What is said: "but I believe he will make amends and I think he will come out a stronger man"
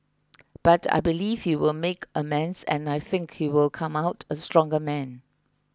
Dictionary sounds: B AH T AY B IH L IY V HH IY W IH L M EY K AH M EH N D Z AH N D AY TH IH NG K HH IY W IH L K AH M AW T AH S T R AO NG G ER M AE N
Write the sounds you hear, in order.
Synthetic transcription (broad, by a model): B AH T AY B IH L IY V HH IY W IH L M EY K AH M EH N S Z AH N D AY TH IH NG K HH IY W IH L K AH M AW T AH S T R AO NG G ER M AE N